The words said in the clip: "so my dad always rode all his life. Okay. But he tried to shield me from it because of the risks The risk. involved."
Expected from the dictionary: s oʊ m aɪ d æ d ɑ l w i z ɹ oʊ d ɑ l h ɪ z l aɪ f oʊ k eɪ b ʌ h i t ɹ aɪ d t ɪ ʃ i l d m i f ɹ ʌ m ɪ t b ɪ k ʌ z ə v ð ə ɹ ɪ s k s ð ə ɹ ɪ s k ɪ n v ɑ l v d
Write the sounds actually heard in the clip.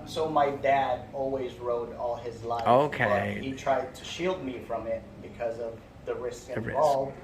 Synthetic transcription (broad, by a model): s oʊ m aɪ d æ d ɑ l w i z ɹ oʊ d ɑ l ɪ z l aɪ oʊ k eɪ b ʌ h i t ɹ aɪ d t ɪ ʃ i l d m i f ɹ ʌ m ɪ t b ɪ k ʌ z ə v ð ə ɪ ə ɹ ɪ s k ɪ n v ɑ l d